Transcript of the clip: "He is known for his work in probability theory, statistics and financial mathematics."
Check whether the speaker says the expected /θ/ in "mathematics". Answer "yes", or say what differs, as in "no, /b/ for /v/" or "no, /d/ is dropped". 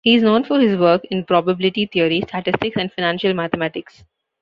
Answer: no, /t/ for /θ/